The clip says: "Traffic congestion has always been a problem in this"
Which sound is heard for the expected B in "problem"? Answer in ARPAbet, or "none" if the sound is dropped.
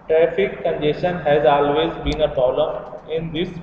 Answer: none